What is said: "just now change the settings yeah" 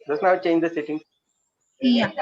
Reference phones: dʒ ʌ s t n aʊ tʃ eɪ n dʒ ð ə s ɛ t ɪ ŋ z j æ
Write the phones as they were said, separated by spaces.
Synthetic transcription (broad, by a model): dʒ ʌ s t n aʊ tʃ eɪ n dʒ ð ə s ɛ t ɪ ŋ j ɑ